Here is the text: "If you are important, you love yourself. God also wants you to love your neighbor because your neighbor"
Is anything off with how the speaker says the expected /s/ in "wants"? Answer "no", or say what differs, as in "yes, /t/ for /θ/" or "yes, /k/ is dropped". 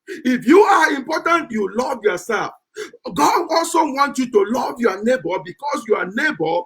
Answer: yes, /s/ is dropped